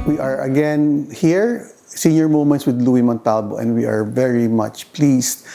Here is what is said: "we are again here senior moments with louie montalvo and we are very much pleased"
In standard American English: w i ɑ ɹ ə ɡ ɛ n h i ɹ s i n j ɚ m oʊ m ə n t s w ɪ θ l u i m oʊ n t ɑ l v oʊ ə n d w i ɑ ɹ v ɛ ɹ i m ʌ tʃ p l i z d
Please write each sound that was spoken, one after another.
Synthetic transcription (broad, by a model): w i ɑ ɹ ə ɡ ɛ n h i ɹ s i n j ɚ m oʊ m ə n t s w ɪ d l u i m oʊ n t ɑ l b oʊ ə n d w i ɑ ɹ v ɛ ɹ i m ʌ tʃ p l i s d